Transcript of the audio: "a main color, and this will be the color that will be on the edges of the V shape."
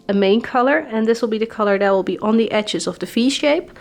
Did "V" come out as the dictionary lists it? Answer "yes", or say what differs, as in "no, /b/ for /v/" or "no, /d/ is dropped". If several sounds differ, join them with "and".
no, /f/ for /v/